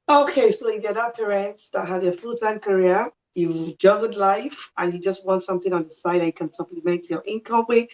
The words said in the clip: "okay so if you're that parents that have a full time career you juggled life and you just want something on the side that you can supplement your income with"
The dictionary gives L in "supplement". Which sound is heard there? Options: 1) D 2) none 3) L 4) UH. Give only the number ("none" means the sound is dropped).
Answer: 2